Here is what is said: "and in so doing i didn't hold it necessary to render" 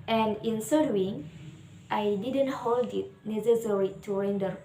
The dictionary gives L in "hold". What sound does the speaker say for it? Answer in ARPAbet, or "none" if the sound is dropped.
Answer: L